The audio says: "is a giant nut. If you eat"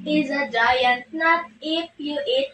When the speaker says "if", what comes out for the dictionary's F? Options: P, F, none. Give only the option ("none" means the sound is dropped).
P